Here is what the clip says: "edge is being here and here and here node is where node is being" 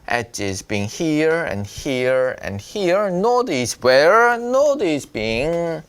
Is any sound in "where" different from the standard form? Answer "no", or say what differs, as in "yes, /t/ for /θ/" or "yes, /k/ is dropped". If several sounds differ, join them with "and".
no